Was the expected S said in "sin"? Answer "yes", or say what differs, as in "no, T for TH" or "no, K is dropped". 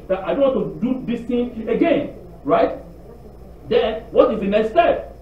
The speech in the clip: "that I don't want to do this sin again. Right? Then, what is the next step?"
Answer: no, TH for S